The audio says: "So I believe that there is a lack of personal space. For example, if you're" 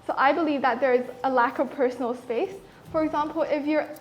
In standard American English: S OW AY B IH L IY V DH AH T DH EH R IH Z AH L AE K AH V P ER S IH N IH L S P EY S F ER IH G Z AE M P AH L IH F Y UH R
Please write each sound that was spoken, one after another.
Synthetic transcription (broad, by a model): S OW AY B IH L IY V DH AH T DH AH R IH Z AH L AE K AH V P ER S N L S P EY S F ER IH G Z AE M P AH L IH F Y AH R